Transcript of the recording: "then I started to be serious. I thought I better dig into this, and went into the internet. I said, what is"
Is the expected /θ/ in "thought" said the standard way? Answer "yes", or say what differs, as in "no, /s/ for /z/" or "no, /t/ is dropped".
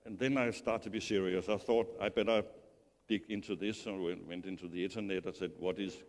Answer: yes